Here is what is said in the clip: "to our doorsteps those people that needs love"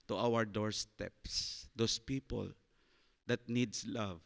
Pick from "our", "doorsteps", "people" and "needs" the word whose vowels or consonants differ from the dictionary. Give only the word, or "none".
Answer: needs